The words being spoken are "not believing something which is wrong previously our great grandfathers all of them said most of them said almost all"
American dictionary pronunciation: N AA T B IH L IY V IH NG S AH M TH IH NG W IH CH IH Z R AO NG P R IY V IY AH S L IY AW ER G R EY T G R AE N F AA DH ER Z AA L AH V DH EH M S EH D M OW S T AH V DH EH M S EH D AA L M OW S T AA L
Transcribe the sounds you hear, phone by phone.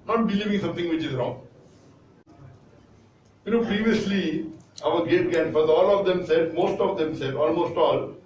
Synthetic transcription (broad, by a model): N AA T B IH L IY V IH NG S AH M T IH NG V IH CH IH Z R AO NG P R IY V IY AH S L IY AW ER G EY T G AE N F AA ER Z AA L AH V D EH M S EH D M OW S T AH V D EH M S EH D AA L M OW S T AA L